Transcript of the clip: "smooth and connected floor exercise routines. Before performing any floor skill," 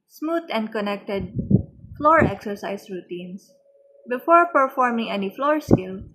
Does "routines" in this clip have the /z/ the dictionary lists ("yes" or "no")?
no